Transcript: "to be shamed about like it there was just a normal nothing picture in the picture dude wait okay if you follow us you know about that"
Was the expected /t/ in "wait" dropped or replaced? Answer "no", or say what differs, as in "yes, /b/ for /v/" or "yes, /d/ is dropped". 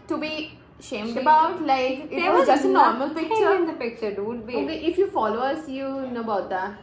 yes, /t/ is dropped